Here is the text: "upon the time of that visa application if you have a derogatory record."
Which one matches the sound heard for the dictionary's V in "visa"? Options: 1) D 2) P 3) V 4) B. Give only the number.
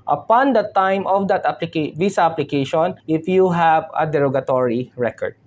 2